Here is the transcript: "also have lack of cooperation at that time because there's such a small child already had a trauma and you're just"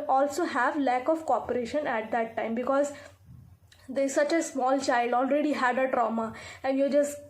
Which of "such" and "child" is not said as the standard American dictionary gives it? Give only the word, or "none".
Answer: none